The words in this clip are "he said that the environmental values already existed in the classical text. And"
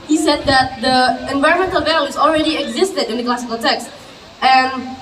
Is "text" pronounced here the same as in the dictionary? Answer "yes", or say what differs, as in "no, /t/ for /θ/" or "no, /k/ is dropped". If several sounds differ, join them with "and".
yes